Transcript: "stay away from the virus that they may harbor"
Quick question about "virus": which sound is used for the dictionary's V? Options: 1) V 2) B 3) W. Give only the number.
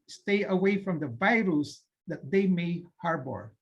1